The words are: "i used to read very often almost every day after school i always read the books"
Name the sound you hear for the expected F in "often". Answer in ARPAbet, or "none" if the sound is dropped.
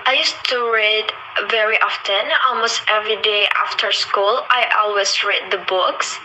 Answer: F